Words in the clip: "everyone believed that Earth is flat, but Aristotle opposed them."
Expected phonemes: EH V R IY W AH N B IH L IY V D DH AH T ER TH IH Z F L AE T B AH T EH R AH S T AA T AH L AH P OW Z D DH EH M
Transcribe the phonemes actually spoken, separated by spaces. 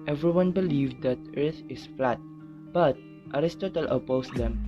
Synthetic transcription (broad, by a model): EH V R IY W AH N B IH L IY V D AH T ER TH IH S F L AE T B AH T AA R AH S T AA T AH L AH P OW S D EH M